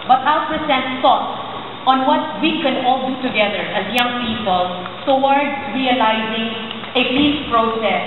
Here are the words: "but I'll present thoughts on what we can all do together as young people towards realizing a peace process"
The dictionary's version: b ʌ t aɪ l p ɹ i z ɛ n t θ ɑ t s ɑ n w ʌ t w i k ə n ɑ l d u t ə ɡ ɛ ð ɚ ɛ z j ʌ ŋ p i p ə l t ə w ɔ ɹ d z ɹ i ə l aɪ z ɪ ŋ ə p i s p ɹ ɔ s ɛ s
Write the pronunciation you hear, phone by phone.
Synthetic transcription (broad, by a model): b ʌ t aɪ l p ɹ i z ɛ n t s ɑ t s ɑ n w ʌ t w i k ə n ɑ l d u t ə ɡ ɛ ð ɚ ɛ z j ʌ ŋ p i p ə l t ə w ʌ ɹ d ɹ i ə l aɪ z ɪ ŋ ə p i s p ɹ ɔ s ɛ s